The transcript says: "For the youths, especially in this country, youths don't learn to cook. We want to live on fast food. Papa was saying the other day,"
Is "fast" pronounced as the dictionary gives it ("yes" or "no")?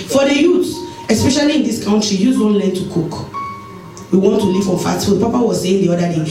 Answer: no